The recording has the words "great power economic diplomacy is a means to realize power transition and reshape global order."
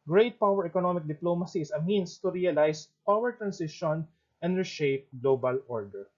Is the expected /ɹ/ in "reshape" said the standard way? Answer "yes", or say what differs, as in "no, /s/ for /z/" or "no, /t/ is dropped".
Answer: yes